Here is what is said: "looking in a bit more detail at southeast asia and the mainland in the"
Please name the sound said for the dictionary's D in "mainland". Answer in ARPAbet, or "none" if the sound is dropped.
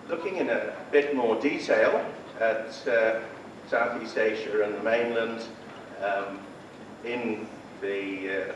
D